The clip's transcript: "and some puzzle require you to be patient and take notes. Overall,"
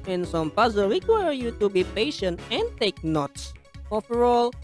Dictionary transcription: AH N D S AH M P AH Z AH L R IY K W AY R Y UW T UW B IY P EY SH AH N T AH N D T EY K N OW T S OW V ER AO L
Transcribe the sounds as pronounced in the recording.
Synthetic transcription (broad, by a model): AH N S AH M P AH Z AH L W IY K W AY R Y UW T UW B IY P EY SH AH N T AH N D T EY K N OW T S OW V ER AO L